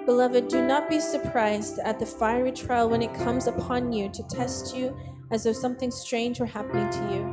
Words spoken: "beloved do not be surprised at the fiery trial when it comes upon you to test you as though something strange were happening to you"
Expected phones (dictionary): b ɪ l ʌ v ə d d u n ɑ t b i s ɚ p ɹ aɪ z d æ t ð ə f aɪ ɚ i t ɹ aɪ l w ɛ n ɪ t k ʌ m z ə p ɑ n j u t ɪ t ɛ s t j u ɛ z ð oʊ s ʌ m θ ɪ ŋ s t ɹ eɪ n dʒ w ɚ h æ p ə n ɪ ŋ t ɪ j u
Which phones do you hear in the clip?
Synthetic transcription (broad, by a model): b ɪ l ʌ v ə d d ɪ n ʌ t b i s ɚ p ɹ aɪ z d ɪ t ð ə f aɪ ɚ i t ɹ aɪ l w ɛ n ɪ t k ʌ m z ə p ɑ n j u t ɪ t ɛ s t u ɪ z ð oʊ s ʌ m θ ɪ ŋ s t ɹ eɪ n dʒ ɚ h æ p ə n ɪ ŋ t ɪ j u